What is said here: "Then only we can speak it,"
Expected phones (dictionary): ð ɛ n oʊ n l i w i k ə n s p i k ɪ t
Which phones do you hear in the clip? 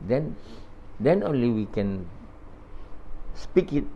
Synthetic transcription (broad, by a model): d ɛ n oʊ n l i w i k ə n s p i k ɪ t